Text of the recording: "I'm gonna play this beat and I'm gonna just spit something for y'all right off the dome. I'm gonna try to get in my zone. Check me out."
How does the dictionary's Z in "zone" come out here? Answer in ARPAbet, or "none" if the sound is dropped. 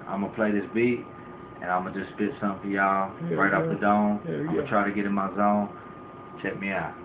Z